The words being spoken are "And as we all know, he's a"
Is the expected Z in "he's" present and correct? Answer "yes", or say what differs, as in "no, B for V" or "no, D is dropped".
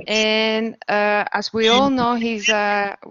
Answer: yes